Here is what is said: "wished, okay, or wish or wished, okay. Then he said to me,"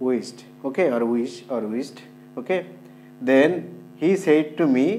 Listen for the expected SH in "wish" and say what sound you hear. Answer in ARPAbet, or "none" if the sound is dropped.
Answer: S